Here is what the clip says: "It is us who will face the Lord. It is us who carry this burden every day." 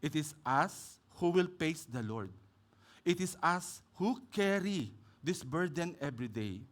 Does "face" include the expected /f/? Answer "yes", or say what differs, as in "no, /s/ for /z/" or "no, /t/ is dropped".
no, /p/ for /f/